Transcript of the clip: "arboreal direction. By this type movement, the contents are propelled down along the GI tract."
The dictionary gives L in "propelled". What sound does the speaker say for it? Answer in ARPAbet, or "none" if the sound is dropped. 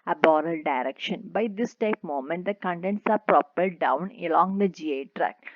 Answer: none